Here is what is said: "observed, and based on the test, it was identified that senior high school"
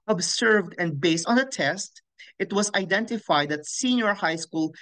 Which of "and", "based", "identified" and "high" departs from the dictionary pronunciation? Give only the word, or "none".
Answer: none